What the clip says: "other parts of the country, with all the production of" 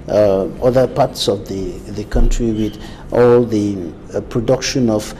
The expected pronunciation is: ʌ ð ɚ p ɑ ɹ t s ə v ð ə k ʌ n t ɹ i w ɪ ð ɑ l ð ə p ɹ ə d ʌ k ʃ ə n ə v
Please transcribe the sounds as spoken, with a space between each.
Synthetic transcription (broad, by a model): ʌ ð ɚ p ɑ ɹ t s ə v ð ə k ʌ n t ɹ i w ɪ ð ɑ l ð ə p ɹ ə d ʌ k ʃ ə n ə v